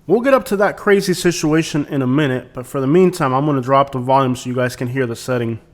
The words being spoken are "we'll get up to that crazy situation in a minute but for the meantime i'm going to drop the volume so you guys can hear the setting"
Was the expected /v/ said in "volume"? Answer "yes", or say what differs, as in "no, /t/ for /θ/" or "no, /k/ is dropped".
yes